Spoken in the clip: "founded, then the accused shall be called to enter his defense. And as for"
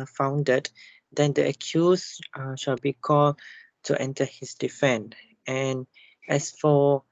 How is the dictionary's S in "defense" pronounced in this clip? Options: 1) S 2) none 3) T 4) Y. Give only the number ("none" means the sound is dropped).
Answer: 2